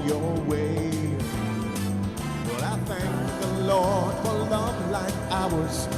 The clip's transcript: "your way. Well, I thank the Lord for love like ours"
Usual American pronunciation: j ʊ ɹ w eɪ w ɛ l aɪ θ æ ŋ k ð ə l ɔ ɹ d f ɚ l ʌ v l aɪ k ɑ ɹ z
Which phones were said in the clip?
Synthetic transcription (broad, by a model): j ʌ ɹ w eɪ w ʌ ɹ aɪ θ æ ŋ k ð ə l ɔ ɹ d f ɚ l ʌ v l aɪ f ɑ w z